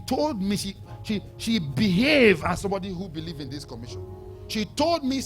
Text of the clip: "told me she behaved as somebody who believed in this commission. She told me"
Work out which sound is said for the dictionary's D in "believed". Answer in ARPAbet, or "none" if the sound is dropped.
none